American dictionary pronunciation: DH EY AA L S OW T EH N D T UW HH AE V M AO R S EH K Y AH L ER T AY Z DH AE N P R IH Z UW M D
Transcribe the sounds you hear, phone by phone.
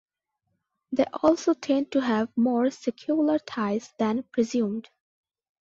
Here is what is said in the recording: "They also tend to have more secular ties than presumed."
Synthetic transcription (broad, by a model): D EY AA L S OW T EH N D T UW HH AE V M AO R S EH K Y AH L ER T AY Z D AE N P R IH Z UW M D